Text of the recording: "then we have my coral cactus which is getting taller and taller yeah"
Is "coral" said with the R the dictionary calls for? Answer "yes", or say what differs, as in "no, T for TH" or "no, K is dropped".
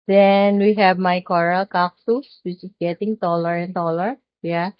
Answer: yes